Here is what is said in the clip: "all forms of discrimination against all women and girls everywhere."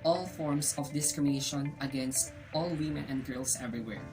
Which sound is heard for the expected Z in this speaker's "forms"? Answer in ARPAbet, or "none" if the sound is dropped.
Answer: S